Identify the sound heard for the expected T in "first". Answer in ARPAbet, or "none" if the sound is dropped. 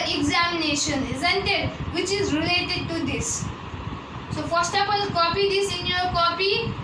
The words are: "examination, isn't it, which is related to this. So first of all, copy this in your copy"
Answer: T